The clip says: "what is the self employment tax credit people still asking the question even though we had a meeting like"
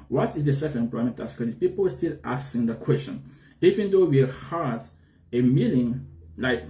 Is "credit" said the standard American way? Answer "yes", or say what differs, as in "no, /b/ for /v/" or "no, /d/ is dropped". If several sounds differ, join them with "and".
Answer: no, /ɹ/ is dropped